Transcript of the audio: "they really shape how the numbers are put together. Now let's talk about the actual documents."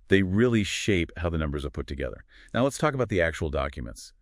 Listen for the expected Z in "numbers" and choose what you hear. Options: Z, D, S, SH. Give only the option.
Z